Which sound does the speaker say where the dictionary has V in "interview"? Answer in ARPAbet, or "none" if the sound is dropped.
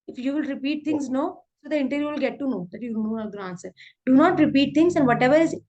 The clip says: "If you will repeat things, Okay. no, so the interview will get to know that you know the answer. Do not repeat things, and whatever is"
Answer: none